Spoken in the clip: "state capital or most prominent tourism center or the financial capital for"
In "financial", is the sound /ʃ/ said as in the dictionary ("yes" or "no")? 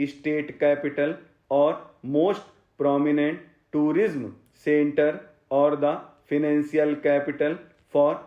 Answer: no